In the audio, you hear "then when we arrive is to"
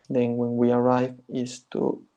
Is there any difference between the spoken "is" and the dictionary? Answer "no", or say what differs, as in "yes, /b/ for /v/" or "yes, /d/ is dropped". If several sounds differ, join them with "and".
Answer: yes, /s/ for /z/